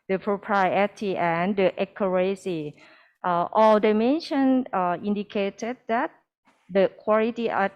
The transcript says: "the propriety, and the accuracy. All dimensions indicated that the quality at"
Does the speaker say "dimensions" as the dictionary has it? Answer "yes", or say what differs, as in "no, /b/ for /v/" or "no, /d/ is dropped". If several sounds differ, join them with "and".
no, /z/ is dropped